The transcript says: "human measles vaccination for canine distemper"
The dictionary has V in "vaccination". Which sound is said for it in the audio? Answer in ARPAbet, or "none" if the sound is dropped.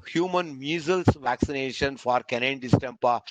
V